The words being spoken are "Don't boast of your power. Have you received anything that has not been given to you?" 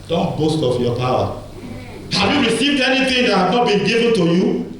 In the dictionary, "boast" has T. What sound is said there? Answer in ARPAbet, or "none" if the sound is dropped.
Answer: T